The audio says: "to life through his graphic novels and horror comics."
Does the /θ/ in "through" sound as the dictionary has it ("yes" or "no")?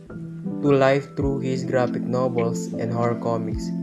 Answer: no